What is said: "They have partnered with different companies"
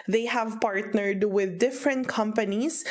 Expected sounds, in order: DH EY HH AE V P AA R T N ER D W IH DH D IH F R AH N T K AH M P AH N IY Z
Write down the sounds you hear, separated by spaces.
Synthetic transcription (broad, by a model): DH EY HH AE V P AA R T N ER D W IH DH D IH F R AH N T K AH M P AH N IY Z